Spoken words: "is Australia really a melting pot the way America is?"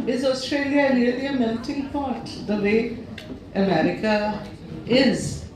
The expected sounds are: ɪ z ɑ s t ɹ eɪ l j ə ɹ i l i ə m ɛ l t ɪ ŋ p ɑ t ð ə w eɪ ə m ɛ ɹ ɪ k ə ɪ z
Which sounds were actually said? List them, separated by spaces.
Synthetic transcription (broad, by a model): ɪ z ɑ s t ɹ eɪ l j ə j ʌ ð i ə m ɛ n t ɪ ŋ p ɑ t ð ə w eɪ ə m ɛ ɹ ɪ k ə ɪ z